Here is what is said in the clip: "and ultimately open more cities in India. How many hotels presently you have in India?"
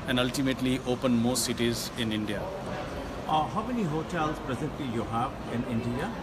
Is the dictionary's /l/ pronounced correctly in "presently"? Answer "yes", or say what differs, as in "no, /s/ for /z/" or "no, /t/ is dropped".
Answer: no, /l/ is dropped